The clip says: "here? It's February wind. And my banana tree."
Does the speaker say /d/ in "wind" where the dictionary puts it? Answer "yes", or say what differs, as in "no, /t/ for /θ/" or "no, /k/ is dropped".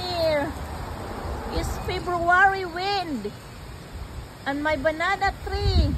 yes